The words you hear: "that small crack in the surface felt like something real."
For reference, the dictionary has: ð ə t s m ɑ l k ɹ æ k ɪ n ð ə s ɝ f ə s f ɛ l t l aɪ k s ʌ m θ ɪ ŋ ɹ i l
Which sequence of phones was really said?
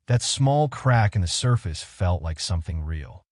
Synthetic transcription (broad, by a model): ð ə t s m ɑ l k ɹ æ k ɪ n ð ə s ɝ f ə s f ɛ l t l aɪ k s ʌ m θ ɪ ŋ ɹ i l